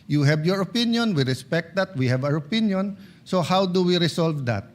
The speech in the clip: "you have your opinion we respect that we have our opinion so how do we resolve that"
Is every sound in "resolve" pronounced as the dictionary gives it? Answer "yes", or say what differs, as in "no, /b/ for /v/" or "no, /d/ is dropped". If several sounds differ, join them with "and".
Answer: no, /s/ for /z/